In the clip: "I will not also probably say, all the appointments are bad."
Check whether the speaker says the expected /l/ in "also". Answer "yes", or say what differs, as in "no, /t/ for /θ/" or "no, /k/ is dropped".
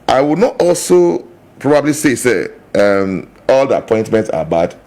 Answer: yes